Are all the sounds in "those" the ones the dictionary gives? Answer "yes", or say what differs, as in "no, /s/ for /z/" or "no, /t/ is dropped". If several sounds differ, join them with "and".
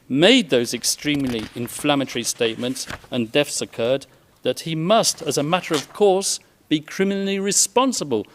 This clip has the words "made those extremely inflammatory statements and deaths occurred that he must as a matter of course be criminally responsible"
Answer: yes